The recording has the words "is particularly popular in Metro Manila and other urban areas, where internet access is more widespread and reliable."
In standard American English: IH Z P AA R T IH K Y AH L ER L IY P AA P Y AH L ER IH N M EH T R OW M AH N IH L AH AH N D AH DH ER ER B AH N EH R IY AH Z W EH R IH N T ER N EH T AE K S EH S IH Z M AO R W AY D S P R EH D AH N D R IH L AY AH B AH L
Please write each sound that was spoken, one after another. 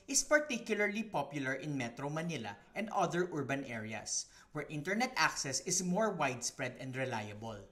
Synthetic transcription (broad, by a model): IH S P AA R T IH K Y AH L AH L IY P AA P Y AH L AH IH N M EH T R OW M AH N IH L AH AH N D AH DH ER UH B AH N EH R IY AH S W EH R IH N T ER N EH T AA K S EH S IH S M AO R W AY D S P R EH D AH N D R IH L AY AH B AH L